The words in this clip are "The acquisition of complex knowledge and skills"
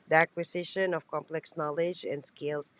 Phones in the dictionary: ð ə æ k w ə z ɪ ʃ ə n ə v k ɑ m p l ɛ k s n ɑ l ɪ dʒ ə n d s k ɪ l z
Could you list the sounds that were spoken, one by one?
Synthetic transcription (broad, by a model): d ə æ k w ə s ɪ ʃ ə n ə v k ɑ m p l ɛ k s n ɑ l ɪ dʒ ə n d s k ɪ l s